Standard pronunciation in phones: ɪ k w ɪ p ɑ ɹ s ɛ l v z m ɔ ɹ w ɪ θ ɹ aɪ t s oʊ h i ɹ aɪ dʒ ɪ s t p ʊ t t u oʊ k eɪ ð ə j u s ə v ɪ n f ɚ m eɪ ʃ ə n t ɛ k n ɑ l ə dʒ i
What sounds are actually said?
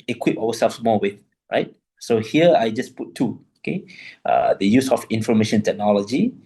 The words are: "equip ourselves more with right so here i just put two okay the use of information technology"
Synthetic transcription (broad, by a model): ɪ k w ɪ p ɑ w s ɛ l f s m ɔ w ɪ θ ɹ aɪ t s oʊ h i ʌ aɪ dʒ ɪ s p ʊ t t u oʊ k eɪ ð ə j u s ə f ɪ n f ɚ m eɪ ʃ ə n t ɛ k n ɑ l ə dʒ i